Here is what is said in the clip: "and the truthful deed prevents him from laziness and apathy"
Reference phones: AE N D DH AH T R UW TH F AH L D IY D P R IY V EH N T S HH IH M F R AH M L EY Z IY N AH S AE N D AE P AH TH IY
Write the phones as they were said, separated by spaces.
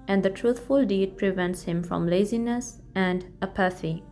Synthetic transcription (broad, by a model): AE N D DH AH T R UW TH F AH L D IY D P R IY V EH N T S HH IH M F R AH M L EY Z IY N AH S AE N D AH P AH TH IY